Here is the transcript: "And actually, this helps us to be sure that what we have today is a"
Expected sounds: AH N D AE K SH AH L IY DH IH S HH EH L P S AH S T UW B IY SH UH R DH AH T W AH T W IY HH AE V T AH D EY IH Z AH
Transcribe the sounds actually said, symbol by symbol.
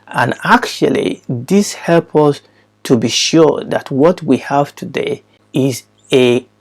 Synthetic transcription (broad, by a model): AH N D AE K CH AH L IY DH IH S HH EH L P AH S T UW B IY SH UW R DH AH T W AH T W IY HH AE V T AH D EY IH Z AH